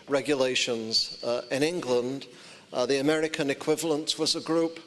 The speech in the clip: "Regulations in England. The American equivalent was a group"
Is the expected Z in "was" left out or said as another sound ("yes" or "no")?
no